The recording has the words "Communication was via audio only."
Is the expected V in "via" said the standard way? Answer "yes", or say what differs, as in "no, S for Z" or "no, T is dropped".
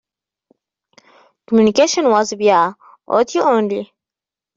no, B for V